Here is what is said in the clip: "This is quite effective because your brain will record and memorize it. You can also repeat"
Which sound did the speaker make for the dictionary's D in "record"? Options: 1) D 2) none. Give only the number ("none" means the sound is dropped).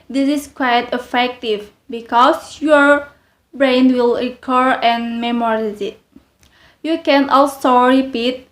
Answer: 2